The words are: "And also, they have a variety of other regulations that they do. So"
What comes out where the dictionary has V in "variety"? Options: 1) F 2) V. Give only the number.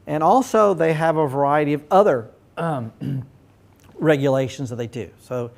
2